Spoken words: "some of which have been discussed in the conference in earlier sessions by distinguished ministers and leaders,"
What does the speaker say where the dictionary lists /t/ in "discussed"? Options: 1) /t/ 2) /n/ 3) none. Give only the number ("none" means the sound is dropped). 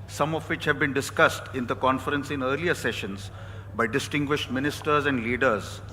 1